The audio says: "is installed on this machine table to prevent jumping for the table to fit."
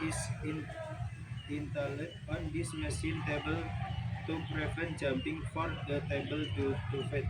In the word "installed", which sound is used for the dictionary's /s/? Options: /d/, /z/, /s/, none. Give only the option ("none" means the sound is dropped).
none